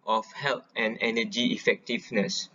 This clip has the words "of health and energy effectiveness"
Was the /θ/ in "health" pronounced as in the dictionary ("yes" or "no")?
no